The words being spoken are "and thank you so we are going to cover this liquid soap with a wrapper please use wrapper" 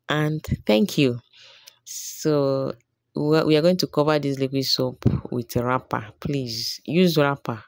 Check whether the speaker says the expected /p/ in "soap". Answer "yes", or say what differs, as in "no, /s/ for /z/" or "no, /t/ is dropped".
yes